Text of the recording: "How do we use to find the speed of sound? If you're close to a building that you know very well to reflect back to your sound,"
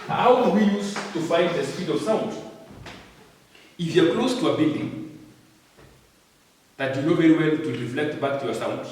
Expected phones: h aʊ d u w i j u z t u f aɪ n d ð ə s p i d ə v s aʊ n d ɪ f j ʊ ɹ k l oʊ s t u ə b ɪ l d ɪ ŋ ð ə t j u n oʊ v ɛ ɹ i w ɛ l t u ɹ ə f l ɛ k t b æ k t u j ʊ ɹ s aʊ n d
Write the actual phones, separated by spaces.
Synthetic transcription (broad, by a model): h aʊ d u w i j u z t u f aɪ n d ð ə s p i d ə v s aʊ n d ɪ f j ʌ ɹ k l oʊ s t u ə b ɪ d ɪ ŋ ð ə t j u n oʊ v ɛ ɹ i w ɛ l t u ɹ ə f l ɛ k t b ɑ k t u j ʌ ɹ s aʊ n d